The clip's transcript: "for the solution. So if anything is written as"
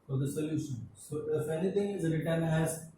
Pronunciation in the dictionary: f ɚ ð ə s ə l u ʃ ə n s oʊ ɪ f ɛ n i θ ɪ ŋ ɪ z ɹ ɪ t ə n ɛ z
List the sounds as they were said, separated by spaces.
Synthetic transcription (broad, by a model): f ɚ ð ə s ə l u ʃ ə n s oʊ ɪ f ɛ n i t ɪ ŋ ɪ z ɹ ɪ t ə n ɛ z